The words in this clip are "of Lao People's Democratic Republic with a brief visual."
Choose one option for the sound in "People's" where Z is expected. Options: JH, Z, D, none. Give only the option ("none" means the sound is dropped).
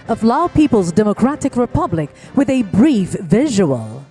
Z